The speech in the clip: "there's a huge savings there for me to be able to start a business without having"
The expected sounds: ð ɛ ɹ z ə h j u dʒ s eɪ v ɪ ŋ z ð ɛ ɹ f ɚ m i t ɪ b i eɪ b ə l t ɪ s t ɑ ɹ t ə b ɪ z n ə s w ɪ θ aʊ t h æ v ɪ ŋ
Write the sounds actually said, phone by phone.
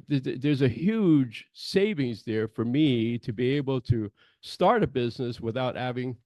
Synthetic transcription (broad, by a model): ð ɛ ɹ z ə h j u dʒ s eɪ v ɪ ŋ z ð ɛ ɹ f ɚ m i t ɪ b i eɪ b l t ɪ s t ɑ ɹ t ə b ɪ z n ə s w ɪ θ aʊ t h æ v ɪ ŋ